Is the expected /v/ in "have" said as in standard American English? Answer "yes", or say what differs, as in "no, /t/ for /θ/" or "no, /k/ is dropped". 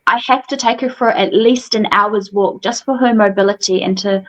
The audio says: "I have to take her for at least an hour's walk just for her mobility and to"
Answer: no, /f/ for /v/